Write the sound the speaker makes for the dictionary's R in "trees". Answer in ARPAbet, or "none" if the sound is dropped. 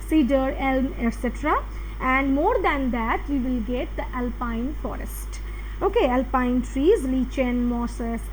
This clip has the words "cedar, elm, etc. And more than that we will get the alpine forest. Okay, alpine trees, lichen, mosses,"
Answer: R